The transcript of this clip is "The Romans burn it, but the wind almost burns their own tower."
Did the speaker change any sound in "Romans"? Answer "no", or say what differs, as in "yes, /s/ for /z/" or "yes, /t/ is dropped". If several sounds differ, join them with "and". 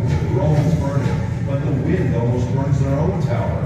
yes, /m/ is dropped